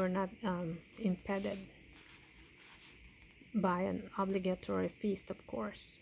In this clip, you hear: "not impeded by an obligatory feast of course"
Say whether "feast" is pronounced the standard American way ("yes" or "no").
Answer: yes